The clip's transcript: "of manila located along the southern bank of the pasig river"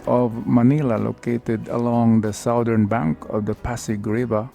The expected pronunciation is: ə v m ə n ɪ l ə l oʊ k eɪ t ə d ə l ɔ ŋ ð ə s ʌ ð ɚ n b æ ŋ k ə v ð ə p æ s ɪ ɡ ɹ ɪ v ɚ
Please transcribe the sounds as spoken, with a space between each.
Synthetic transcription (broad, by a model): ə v m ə n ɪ l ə l oʊ k eɪ t ə d ə l ɔ ŋ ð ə s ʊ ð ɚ n b æ ŋ k ə v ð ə p æ s ɪ ɡ ɹ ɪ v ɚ